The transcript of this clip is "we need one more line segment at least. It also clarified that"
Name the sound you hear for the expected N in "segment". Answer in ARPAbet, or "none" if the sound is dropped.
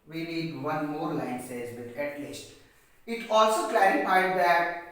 none